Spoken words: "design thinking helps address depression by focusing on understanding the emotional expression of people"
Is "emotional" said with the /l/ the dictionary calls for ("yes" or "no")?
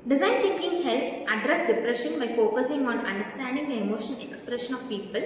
no